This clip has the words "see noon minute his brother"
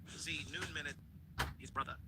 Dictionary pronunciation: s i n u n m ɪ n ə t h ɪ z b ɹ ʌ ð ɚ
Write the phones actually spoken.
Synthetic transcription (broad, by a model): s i n u n m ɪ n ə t h ɪ z b ɹ ʌ ð ɚ